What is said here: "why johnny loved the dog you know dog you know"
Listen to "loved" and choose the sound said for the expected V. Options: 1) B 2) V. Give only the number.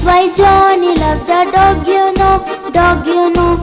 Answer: 1